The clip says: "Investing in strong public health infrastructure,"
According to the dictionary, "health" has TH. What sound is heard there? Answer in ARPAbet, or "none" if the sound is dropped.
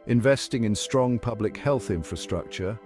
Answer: TH